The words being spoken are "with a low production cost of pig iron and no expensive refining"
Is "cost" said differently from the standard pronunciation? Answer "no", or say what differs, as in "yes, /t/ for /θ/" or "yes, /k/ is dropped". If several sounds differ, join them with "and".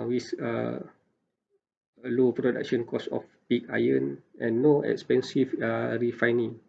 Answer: yes, /t/ is dropped